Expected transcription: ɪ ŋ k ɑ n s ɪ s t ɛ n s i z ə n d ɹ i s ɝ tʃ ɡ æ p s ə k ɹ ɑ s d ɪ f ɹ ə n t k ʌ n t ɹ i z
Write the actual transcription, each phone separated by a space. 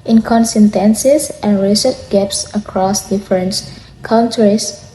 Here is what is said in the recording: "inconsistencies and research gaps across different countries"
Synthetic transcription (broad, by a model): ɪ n k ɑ n s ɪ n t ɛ n s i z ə n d ɹ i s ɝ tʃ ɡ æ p s ə k ɹ ɑ s d ɪ f ɹ ə n t k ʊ n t ɹ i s